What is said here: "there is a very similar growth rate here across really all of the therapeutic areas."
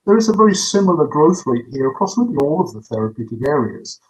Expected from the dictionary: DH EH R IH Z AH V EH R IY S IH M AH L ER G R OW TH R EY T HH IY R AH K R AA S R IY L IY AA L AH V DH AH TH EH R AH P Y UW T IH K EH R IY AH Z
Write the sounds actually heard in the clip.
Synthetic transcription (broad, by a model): DH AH R IH Z AH V EH R IY S IH M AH L ER G R OW TH R EY T HH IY R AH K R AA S L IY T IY AA L AH V DH AH TH EH R AH P Y UW T IH K EH R IY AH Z